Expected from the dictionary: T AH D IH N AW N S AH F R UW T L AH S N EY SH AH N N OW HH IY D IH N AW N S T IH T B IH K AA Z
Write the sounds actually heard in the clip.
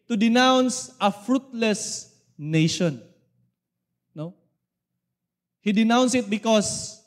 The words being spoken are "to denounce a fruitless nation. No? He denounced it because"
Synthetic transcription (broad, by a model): T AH D IH N AW N S AH F R UW T L AH S N EY SH AH N N OW HH IY D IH N AW N S IH T B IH K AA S